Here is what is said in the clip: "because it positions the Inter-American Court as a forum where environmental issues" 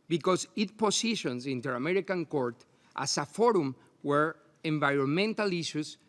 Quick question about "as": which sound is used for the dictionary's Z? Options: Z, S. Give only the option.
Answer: S